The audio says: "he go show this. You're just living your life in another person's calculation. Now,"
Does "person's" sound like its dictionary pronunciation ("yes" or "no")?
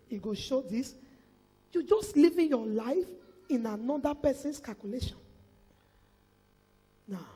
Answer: no